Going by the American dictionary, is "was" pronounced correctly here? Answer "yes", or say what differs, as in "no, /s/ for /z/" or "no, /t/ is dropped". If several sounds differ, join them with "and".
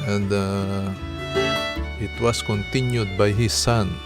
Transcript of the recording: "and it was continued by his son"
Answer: no, /s/ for /z/